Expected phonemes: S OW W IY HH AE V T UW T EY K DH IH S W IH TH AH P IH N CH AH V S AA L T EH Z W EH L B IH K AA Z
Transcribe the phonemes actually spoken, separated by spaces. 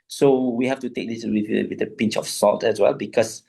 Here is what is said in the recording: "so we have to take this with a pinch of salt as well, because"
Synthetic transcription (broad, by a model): S OW W IY HH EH F T UW T EY K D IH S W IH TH AH P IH N CH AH F S AA L T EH S W EH L B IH K AA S